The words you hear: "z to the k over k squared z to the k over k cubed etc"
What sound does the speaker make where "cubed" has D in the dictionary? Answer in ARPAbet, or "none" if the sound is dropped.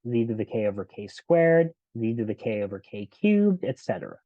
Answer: D